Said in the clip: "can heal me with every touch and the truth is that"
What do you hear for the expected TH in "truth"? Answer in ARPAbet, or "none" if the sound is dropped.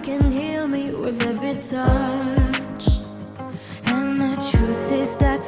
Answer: S